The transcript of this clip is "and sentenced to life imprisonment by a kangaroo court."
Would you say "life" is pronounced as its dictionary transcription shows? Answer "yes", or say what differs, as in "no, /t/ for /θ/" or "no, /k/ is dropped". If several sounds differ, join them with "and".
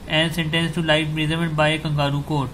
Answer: no, /f/ is dropped